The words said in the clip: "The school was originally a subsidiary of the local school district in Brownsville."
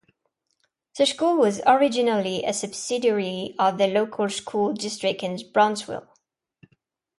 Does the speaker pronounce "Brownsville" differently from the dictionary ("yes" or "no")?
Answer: yes